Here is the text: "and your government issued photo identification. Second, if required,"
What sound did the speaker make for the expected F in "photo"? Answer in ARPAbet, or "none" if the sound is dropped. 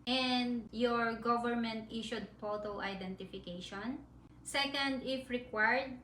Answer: P